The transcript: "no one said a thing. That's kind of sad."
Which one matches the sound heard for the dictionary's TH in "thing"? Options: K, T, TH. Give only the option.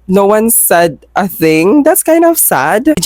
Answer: TH